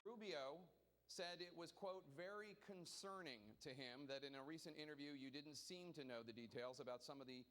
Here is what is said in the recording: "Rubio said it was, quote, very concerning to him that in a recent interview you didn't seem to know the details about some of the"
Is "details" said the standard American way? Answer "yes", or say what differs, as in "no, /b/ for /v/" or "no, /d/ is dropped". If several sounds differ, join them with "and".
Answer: yes